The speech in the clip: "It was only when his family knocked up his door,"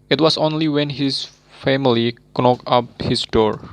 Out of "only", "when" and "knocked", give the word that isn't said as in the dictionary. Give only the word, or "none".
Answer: knocked